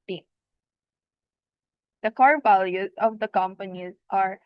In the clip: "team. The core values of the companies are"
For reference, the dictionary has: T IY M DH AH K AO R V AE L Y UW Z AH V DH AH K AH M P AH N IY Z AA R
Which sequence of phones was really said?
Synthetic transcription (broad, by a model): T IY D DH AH K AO R V AE L Y UW Z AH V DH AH K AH M P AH N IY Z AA R